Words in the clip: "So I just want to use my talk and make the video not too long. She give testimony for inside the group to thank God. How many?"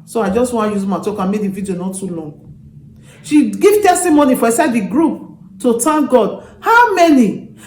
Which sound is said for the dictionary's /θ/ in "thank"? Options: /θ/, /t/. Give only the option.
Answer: /t/